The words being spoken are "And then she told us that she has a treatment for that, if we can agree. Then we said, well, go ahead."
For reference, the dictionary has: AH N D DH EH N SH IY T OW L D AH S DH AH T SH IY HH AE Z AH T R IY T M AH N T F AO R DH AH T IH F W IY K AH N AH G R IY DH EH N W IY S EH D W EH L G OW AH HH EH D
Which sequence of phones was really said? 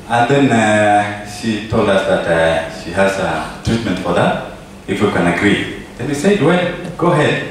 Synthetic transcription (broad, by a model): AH N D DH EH N SH IY T OW L D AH S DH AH T SH IY HH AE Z AH T R IY T M AH N T F AO R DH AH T IH F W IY K AH N AH G R IY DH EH N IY S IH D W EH G OW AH HH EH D